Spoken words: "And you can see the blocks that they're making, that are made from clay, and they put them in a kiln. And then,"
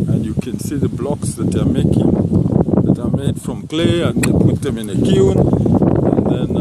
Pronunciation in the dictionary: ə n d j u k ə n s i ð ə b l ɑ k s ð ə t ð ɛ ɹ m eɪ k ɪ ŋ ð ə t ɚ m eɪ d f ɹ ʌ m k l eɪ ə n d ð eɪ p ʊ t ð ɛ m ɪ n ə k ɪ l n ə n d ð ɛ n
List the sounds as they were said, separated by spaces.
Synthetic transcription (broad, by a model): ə n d j u k ə n s i ð ə b l ɑ k s ð ə t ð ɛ m eɪ k ɪ ŋ ð ə t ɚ m eɪ d f ɹ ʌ m k l eɪ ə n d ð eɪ p ʊ t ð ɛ m ɪ n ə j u n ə n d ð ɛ n